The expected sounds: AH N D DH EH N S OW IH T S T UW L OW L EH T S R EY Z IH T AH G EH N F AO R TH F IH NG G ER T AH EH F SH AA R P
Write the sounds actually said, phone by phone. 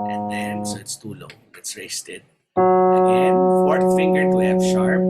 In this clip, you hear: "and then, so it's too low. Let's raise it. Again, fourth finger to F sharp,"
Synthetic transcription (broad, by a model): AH N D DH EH N S OW IH T S T UW L OW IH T S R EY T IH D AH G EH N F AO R T F IH NG G ER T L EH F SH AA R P